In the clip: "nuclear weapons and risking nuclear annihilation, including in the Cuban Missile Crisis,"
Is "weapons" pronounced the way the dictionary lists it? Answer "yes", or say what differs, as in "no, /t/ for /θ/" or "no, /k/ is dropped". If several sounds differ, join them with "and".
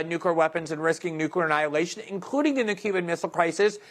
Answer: yes